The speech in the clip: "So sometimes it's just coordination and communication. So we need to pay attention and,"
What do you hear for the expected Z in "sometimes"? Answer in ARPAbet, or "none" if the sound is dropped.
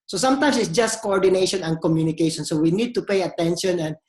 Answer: S